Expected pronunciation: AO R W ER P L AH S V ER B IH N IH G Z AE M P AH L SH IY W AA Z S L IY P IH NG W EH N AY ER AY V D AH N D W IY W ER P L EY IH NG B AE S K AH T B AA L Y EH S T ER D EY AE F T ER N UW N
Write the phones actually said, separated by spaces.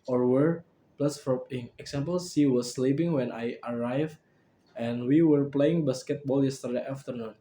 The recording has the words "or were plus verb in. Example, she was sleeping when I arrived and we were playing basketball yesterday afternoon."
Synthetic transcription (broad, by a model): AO R W ER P L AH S F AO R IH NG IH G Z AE M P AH L S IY W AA S L IY P IH NG W EH N AY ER AY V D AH N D W IY W ER P L EY IH NG B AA S K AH T B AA L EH S T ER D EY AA F T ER N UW N